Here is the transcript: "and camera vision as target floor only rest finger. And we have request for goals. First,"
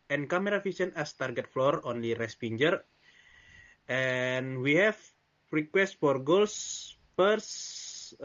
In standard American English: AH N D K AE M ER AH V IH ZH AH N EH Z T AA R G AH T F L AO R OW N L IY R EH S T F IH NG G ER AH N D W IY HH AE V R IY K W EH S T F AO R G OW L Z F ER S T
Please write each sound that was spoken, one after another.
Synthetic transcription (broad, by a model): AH N K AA M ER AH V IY S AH N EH S T AA R G AH T F L AO R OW N L IY R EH S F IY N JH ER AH N W IY HH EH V R IY K W EH S T F AO R G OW L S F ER S